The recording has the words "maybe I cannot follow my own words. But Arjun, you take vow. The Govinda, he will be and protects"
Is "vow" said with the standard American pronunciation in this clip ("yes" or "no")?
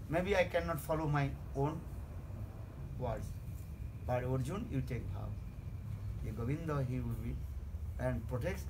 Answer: no